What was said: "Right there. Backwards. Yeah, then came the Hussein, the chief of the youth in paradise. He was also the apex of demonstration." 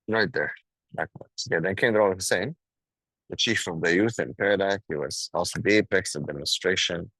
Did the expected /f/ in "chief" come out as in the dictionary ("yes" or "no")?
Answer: yes